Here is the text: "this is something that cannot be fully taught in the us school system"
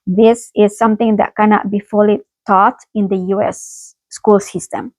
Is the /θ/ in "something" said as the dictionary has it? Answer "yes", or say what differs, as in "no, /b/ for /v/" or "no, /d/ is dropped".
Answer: no, /t/ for /θ/